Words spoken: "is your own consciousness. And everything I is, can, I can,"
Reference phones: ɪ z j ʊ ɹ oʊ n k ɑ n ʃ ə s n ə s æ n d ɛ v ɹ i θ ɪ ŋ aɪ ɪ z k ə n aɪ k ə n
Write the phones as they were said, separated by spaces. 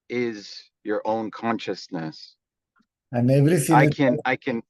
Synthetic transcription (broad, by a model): ɪ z j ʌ ɹ oʊ n k ɑ n ʃ ə s n ə s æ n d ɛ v ɹ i s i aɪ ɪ k ə n aɪ k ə n